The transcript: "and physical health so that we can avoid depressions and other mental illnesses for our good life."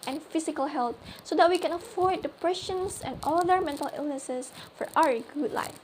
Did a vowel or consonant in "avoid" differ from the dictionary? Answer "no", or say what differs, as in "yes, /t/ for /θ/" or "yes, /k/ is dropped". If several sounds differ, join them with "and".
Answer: yes, /f/ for /v/